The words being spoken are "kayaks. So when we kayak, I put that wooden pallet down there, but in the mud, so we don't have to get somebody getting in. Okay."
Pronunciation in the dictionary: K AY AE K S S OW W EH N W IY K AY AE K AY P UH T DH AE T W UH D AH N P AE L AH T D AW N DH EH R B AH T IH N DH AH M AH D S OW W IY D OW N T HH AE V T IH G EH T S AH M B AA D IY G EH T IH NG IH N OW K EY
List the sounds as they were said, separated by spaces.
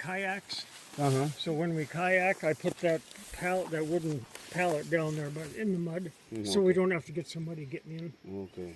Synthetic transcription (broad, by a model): AY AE K S S OW W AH N W IY K AY AE K AY P UH T DH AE T W UH D N P AE L AH T D AW N DH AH R B AH T IH N DH AH M AH D S OW W IY D OW N T HH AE F T IH G EH T S AH M B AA D IY G EH T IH IH N OW K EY